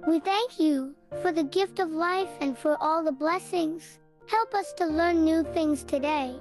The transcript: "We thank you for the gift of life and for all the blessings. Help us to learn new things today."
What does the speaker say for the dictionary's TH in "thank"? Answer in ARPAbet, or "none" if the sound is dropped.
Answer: TH